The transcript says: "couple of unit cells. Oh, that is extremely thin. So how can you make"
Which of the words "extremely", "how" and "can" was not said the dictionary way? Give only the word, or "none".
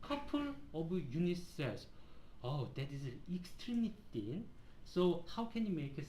none